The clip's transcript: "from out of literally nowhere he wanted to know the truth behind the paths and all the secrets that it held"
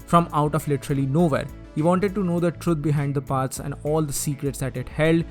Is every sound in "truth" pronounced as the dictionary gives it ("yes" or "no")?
no